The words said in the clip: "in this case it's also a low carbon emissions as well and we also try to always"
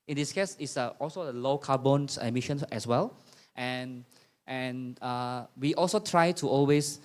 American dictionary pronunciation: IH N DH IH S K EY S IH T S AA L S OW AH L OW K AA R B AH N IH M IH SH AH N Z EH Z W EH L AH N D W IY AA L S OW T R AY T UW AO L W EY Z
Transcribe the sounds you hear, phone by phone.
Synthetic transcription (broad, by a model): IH N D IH S K EY S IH T S AA L S OW AH L OW K AA B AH N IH M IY SH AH N EH S W EH L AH N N W IY AA L S OW T R AY T UW AO L W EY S